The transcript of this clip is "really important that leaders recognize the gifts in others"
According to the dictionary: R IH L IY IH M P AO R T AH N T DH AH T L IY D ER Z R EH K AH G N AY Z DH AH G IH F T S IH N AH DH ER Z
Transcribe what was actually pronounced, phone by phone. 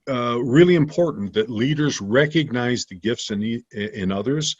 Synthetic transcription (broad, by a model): R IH L IY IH M P AO R T N DH AH T L IY D ER Z R EH K AH G N AY Z DH AH G IH F T S IH N AH DH ER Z